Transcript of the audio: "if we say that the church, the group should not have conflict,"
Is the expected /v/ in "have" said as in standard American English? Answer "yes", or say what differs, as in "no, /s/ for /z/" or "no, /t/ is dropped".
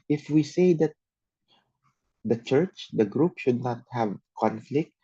yes